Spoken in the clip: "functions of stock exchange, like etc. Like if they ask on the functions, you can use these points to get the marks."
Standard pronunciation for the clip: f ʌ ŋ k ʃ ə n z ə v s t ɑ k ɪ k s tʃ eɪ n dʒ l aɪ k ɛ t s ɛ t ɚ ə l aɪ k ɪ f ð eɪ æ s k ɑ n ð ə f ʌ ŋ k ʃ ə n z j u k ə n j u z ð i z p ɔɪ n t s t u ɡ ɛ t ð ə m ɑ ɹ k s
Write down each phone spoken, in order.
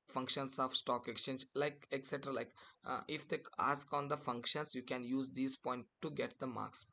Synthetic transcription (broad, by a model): f ʌ ŋ k ʃ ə n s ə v s t ɑ k ɪ k s tʃ eɪ n dʒ l aɪ k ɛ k s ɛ t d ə l aɪ k ɪ f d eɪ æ s k ɑ n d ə f ʌ ŋ k ʃ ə n s j u k ə n j u z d i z p ɔɪ n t t u ɡ ɛ t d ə m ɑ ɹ k s